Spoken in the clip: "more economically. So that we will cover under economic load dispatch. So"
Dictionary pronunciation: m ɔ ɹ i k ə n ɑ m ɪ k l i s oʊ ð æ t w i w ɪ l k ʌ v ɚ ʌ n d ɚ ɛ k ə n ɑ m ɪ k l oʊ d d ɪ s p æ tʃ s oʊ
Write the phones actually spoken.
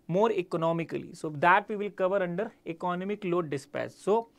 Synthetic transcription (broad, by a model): m ɔ ɹ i k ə n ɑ m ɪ k l i s oʊ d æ t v i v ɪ l k ʌ v ɚ ʌ n d ɚ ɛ k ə n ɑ m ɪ k l oʊ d d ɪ s p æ s s oʊ